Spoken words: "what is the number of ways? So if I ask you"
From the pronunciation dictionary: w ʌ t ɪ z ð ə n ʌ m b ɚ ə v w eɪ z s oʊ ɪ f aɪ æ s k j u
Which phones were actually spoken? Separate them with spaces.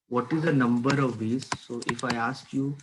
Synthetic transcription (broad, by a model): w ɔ t ɪ z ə n ʌ m b ɚ ə v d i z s oʊ ɪ f aɪ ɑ s k j u